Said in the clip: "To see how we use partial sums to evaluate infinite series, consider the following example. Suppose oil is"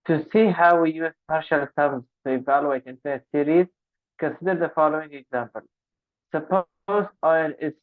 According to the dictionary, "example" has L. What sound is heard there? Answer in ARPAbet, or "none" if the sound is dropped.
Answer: L